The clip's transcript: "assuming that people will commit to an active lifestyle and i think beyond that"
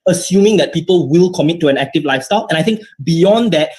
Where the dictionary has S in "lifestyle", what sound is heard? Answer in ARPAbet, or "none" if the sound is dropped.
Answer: S